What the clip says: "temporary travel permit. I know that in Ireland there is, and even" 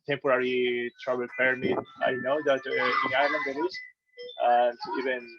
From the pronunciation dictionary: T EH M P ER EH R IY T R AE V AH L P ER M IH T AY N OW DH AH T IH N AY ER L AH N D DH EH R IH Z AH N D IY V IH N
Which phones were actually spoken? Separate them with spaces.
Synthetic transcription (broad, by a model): T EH M P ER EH R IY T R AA B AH L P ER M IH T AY N OW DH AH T IH N AY ER L AH N D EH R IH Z AH N D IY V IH N